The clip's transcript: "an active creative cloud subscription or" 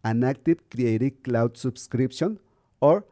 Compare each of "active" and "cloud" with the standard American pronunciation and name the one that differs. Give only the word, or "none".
active